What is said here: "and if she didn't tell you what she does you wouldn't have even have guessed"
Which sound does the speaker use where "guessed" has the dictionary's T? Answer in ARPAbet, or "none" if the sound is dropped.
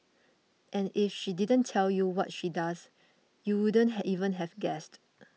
T